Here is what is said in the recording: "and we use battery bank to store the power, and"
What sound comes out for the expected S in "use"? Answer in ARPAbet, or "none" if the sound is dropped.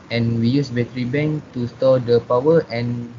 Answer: S